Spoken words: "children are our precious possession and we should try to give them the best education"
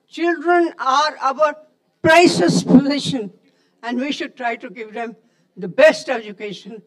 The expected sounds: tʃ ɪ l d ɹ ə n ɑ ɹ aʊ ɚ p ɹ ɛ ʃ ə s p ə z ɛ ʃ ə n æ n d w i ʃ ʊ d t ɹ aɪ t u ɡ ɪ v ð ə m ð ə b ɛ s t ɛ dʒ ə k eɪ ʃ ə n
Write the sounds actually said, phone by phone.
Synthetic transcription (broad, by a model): tʃ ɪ l d ɹ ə n ɑ ɹ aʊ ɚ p ɹ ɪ s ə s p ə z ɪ ʃ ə n æ n d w i ʃ ʊ d t ɹ aɪ t u ɡ ɪ v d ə m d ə b ɛ s t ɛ dʒ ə k eɪ ʃ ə n